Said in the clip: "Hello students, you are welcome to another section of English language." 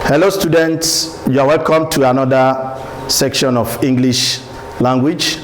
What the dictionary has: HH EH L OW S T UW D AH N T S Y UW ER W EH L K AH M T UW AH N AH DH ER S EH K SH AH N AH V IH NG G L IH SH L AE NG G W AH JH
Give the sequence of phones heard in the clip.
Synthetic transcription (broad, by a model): HH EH L OW S T UW D AH N T S Y UW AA W EH L K AH M T UW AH N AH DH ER S EH K SH AH N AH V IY NG G L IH SH L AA NG G W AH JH